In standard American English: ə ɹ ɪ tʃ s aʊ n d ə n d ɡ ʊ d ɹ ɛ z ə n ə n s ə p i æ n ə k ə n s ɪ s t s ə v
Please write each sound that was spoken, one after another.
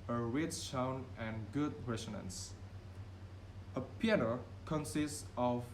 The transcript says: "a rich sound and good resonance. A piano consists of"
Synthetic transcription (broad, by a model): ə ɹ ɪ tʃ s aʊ n ə n ɡ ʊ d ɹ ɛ s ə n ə n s ə p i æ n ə k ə n s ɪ s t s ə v